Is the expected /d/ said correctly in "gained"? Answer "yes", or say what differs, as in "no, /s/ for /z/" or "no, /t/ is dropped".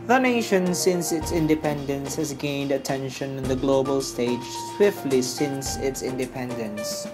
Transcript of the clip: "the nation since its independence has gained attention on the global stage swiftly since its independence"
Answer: yes